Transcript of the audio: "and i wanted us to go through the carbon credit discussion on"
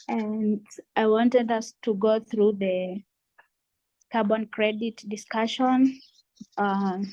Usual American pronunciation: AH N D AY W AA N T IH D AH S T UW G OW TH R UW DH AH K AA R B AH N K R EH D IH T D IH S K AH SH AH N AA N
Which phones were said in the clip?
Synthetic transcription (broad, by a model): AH N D AY W AA N T IH D AH S T UW G OW TH R UW DH AH K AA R B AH N K R EH D IH T D IH S K AH SH AH N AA